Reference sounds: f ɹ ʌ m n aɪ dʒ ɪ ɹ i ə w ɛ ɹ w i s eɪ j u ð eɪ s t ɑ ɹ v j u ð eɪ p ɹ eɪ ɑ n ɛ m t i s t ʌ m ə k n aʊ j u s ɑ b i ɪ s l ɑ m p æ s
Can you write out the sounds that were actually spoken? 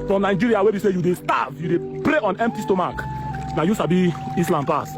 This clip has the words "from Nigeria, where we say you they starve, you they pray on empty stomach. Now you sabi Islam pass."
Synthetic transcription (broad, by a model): f ɹ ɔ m n aɪ dʒ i ɹ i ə w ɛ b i s eɪ j u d eɪ s t ɑ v j u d eɪ p ɹ eɪ ɑ n ɛ m t i s t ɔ m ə k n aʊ j u s ɑ b i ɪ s l ɑ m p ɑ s